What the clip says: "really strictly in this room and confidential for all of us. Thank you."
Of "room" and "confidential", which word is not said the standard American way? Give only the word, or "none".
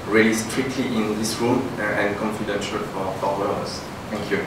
room